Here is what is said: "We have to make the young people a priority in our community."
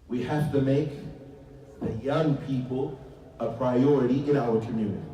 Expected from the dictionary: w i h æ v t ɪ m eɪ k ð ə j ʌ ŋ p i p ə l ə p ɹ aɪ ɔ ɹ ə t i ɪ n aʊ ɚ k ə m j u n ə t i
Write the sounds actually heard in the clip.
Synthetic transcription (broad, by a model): w i h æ f t ɪ m eɪ k ð ə j ʌ ŋ p i p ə l ə p ɹ aɪ ɔ ɹ ə t i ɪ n aʊ ɚ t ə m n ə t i